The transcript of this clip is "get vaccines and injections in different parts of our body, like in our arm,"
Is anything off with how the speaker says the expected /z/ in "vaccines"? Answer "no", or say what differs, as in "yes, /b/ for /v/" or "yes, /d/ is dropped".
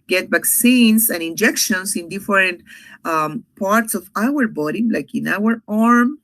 yes, /s/ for /z/